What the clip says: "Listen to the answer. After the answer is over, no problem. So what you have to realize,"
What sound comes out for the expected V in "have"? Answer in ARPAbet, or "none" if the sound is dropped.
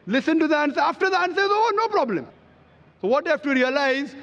F